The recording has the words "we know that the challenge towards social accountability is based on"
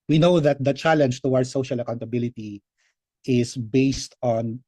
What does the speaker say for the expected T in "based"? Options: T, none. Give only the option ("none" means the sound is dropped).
T